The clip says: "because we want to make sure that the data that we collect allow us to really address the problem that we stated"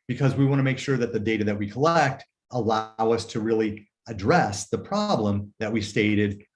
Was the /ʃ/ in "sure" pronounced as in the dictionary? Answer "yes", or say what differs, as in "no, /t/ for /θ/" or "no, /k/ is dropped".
yes